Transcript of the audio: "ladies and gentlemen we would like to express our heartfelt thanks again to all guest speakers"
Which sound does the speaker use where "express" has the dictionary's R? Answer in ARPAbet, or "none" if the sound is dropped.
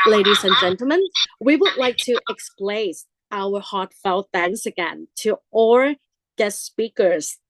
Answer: L